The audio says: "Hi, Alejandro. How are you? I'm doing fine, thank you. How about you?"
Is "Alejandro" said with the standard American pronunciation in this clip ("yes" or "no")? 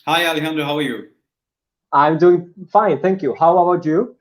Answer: no